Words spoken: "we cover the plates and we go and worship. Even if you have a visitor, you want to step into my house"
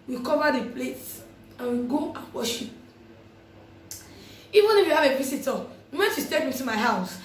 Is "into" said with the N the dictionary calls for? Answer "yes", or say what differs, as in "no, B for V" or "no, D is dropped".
no, N is dropped